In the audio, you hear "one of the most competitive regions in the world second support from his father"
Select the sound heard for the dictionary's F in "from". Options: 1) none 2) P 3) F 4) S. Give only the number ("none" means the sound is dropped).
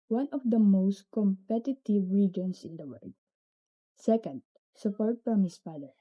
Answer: 2